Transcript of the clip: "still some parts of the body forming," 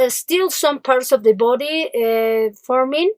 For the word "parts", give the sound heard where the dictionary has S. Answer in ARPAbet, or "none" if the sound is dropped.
S